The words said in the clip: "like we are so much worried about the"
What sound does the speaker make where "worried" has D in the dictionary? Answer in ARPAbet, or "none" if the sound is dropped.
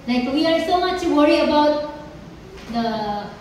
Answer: none